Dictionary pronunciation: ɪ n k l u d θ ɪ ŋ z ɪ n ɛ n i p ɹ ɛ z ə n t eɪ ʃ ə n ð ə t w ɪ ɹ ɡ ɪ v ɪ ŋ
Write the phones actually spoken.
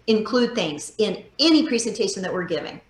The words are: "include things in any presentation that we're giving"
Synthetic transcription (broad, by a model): ɪ n k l u d θ ɪ ŋ z ɪ n ɛ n i p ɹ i z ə n t eɪ ʃ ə n ð ə t w ɪ ɹ ɡ ɪ v ɪ ŋ